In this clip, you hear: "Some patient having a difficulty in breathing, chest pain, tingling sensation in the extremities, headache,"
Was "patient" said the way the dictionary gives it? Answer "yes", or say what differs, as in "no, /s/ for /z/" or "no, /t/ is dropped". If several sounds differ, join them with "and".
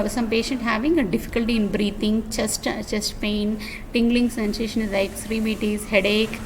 yes